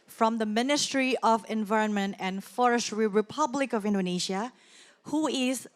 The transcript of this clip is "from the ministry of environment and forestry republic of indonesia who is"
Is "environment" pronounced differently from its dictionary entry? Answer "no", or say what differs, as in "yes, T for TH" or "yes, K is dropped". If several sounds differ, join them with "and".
no